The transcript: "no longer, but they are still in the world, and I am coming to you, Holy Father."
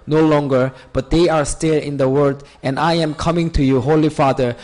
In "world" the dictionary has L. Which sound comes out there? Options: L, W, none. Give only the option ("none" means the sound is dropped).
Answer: none